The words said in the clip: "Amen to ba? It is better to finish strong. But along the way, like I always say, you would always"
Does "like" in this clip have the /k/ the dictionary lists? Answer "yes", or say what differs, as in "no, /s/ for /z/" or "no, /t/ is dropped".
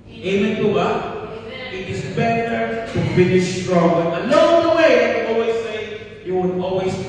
no, /k/ is dropped